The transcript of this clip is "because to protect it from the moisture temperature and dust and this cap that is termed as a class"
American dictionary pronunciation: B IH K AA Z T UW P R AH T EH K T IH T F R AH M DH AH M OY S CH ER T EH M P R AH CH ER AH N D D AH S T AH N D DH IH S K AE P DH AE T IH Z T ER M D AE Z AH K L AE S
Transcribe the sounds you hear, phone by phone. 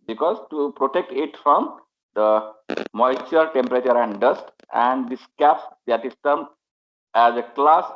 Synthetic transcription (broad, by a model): B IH K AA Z T UW P R AH T EH K T IH T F R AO M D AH M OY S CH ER T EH M P R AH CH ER AH N D D AH S T AH N D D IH S K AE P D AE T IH S T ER M AE Z AH K L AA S